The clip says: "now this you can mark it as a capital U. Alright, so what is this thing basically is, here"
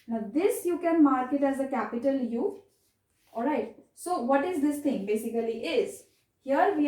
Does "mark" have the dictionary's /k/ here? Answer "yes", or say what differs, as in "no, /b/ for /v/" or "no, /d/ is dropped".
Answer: yes